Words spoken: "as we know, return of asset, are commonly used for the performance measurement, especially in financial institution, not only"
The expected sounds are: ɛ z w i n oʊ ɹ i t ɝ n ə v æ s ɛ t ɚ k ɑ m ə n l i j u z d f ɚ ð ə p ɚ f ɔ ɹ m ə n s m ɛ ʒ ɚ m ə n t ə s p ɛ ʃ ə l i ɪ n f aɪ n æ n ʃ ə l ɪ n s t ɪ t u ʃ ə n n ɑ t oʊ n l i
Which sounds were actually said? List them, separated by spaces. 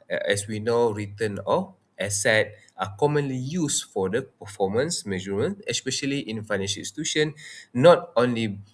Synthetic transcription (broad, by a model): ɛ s w i n oʊ ɹ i t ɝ n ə f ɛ s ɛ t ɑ k ɑ m ə n l i j u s f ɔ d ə p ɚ f ɔ m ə n s m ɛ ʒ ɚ m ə n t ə s p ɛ ʃ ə l i ɪ n f aɪ n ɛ n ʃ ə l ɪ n s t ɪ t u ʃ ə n n ɑ t oʊ n l i